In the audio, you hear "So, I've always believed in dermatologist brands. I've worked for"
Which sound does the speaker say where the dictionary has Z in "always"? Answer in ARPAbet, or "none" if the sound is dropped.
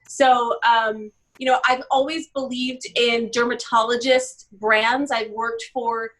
Z